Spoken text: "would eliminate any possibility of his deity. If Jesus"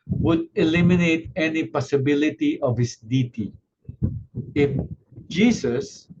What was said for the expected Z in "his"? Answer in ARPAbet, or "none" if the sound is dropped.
S